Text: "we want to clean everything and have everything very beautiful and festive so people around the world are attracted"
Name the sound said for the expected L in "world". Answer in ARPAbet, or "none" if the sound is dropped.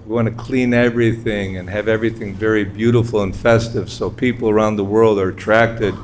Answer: L